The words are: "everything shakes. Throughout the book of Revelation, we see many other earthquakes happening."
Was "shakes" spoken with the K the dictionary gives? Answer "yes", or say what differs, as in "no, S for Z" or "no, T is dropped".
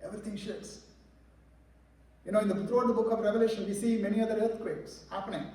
no, K is dropped